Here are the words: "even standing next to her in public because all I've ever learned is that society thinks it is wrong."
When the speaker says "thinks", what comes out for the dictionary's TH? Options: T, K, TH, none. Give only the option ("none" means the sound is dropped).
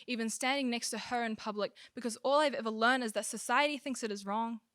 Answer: TH